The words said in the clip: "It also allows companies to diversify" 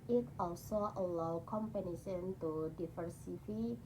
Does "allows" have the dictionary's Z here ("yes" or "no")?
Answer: no